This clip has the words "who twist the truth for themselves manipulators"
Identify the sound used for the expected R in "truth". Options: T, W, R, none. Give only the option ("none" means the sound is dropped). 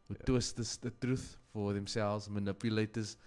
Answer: R